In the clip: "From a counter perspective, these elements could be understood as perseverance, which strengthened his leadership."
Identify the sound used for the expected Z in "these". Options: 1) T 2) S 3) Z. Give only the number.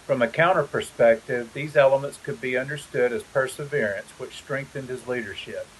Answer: 3